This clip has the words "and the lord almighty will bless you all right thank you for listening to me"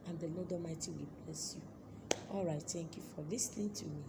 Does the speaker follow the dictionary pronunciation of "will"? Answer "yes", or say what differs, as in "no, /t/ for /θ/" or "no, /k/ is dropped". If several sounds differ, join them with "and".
yes